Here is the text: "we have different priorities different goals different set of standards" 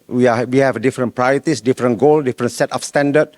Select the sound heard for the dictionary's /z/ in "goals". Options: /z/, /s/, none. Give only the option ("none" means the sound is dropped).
none